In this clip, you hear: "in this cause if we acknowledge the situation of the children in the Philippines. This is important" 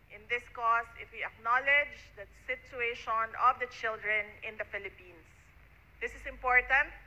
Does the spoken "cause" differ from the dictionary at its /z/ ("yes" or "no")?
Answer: yes